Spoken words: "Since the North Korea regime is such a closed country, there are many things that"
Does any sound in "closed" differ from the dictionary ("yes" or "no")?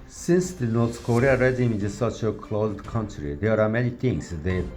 no